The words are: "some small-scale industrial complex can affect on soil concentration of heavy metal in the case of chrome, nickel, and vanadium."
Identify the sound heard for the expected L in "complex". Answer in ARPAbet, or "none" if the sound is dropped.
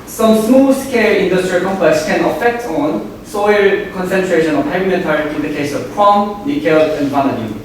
none